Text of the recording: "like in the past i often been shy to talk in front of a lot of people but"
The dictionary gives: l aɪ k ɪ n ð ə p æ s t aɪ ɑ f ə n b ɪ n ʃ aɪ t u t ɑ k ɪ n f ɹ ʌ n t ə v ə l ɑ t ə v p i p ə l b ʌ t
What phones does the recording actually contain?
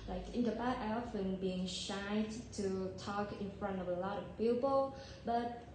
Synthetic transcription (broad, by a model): l aɪ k ɪ n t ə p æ t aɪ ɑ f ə n b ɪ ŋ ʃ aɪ t u t ɑ k ɪ n f ɹ ʌ n t ə v ə l ɑ t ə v p i p ə l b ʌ t